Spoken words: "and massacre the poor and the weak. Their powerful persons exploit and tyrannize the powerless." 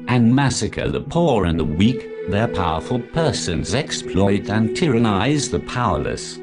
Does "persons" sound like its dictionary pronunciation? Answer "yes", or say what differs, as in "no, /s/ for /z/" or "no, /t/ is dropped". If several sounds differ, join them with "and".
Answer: yes